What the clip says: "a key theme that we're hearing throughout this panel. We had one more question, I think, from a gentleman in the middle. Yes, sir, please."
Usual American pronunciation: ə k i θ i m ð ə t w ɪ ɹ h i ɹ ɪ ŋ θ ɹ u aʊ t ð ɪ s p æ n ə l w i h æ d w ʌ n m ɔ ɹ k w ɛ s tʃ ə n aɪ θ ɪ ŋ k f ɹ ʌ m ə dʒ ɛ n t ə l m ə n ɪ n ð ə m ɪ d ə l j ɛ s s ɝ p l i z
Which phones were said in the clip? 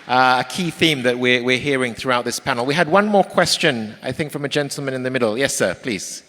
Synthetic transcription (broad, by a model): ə k i θ i m ð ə t w ɪ ɹ h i ɹ ɪ ŋ θ ɹ u aʊ t ð ɪ s p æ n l w i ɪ d w ʌ n m ɔ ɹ k w ɛ s tʃ ə n aɪ θ ɪ ŋ k f ɹ ʌ m ə dʒ ɛ n t l m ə n ɪ n ð ə m ɪ d l j ɛ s s ɝ p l i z